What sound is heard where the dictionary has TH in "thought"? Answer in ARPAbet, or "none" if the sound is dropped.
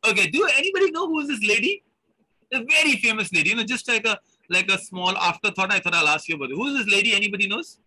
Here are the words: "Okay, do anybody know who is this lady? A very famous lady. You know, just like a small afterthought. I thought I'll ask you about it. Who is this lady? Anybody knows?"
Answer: T